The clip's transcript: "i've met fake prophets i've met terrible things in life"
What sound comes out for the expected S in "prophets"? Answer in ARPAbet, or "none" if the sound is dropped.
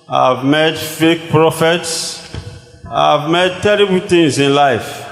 S